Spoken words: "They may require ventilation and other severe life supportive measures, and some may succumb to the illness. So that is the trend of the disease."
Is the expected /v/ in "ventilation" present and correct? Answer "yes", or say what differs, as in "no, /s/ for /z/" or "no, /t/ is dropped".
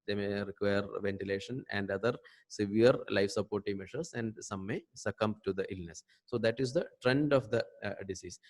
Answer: yes